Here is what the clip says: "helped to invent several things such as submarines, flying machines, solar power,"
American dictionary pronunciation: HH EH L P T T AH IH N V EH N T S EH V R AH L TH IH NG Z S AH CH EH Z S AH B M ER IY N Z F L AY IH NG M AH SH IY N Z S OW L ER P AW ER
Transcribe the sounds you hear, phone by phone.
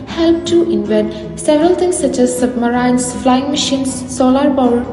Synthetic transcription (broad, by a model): HH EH L P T T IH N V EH N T S EH V R AH L T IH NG S AH CH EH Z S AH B M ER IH N S F L AY IH NG M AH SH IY N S OW L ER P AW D